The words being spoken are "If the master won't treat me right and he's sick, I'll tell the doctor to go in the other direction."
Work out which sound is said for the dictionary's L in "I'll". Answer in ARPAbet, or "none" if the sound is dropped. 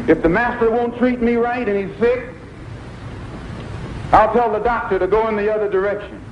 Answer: L